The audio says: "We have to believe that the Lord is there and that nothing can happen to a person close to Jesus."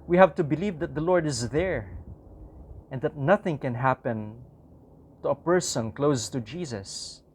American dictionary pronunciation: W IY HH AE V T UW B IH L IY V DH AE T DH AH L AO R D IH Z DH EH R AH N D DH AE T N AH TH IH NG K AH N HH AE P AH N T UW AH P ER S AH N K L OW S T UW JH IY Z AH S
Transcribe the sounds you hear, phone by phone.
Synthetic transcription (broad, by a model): W IY HH AE V T UW B IH L IY V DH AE T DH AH L AO R D IH Z DH EH R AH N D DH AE T N AH TH IH NG K AH N HH AE P AH N T UW AH P ER S AH N K L OW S T UW JH IY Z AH S